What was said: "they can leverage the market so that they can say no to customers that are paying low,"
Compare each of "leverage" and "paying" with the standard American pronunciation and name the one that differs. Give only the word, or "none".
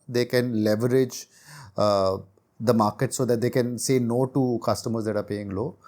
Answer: none